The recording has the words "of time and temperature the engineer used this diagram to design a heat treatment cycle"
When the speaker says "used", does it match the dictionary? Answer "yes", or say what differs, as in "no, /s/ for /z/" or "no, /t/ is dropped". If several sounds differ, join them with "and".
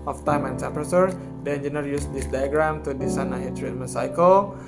no, /s/ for /z/